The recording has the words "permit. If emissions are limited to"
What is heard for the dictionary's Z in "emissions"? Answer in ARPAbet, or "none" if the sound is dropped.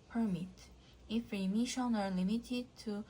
none